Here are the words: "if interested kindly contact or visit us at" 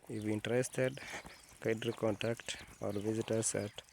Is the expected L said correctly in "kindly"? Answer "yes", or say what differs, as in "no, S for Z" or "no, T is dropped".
no, L is dropped